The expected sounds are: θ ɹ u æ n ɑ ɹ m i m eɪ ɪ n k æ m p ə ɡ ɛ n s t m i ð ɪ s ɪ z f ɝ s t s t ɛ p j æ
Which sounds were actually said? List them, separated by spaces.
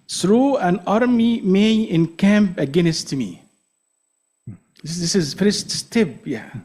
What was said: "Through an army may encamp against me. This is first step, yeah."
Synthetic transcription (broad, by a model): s ɹ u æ n ɑ ɹ m i m eɪ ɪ n k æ m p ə ɡ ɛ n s t m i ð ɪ s ɪ z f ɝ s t s t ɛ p j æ